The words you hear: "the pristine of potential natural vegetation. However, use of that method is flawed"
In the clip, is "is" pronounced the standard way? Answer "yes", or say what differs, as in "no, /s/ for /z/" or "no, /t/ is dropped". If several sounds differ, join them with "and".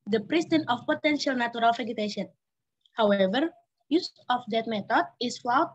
no, /s/ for /z/